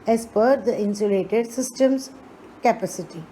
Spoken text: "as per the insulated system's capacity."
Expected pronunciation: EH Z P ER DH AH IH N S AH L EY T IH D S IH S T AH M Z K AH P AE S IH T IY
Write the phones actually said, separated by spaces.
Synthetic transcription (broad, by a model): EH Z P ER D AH IH N S AH L EY T IH D S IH S T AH M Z K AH P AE S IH T IY